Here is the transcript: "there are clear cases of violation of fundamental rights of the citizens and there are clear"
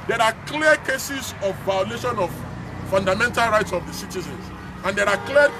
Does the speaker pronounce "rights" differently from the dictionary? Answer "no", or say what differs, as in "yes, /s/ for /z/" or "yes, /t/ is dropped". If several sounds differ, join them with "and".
no